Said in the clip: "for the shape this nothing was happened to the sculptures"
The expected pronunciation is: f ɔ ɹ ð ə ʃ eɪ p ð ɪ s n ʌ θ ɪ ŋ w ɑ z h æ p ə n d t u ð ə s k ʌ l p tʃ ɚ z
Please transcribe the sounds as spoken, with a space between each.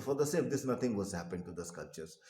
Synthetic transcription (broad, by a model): f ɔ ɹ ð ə s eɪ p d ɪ s n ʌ t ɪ ŋ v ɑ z h æ p ə n d t u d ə s k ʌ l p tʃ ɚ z